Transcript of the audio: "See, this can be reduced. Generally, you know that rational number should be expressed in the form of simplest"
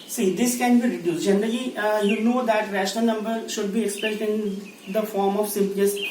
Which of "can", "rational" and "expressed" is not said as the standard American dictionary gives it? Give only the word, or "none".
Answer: expressed